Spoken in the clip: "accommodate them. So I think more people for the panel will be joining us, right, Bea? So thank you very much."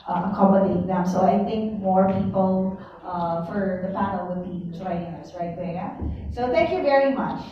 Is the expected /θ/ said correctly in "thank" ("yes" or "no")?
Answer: yes